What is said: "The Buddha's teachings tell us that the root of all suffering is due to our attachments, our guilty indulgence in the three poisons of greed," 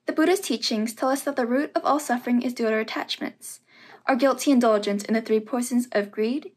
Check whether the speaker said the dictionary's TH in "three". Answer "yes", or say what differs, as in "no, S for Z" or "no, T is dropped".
yes